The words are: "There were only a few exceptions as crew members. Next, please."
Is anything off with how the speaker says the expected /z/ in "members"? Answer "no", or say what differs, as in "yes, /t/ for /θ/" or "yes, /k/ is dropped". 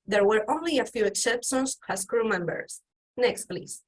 yes, /s/ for /z/